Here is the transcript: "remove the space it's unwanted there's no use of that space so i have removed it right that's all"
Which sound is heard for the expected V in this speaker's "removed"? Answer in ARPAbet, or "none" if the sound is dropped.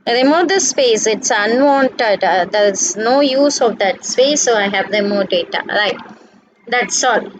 none